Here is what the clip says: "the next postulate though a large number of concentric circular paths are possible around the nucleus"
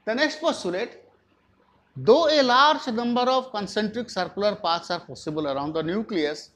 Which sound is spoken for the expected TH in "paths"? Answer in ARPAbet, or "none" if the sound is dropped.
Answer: T